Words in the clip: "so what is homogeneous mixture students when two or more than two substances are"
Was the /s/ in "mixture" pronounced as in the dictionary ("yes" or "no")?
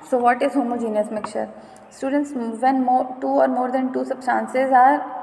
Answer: no